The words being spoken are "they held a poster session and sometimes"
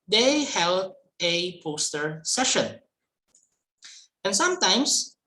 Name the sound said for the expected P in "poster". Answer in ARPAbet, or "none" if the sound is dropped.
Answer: P